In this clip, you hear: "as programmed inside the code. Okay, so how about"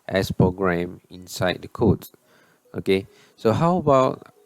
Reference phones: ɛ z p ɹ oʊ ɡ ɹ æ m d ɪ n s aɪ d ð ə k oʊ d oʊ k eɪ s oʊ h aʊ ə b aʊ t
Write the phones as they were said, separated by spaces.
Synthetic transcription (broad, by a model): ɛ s p ɹ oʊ ɡ ɹ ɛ m ɪ n s aɪ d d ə k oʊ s oʊ k eɪ s oʊ h aʊ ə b aʊ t